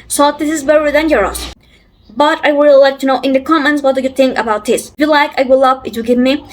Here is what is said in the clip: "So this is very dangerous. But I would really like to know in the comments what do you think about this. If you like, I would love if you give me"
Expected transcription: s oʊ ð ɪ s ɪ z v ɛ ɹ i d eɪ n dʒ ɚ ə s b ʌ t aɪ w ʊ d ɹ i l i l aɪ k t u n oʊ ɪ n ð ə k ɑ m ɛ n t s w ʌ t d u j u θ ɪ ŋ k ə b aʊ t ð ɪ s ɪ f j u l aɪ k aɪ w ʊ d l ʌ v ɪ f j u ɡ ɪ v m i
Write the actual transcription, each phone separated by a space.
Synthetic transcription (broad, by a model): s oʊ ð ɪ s ɪ z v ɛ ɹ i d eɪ n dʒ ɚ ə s b ʌ t aɪ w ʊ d l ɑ i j k t u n oʊ ɪ n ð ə k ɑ m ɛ n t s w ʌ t d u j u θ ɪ ŋ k ə b aʊ t ð ɪ s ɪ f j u l aɪ k aɪ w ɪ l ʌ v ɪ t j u ɡ ɪ v m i